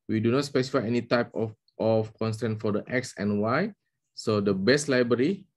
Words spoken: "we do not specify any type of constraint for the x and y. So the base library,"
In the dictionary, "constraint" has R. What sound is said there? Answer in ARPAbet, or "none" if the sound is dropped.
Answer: none